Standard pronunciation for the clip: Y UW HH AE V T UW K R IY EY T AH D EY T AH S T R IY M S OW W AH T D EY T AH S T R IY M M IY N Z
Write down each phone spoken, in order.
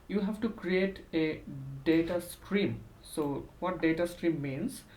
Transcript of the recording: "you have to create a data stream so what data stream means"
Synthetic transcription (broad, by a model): Y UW HH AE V T UW K R IY EY T AH D EY T AH S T R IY M S OW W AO T D EY T AH S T R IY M M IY N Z